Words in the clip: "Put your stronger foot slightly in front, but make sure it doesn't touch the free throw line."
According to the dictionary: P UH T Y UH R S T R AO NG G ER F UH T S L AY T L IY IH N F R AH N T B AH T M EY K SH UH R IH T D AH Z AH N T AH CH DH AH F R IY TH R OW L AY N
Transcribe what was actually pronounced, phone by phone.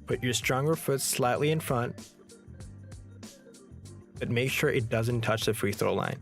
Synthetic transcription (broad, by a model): P UH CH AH R S T R AO NG G ER F UH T S L AY T L IY IH N F R AH N T B AH T M EY K SH UH R IH T D AH Z AH N T AH CH DH AH F R IY TH R OW L AY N